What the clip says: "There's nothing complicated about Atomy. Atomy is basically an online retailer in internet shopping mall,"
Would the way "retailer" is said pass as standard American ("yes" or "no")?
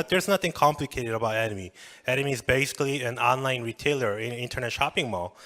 yes